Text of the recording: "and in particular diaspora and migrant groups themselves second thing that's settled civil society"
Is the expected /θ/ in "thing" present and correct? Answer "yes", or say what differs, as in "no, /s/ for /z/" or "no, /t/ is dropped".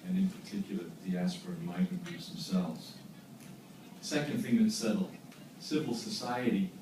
yes